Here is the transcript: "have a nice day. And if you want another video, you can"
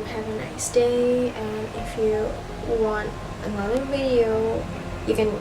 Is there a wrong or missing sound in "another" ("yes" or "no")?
yes